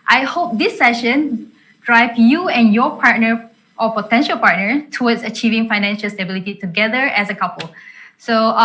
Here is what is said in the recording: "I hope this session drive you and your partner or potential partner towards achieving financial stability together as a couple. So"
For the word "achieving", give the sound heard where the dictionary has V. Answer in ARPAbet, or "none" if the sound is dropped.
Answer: V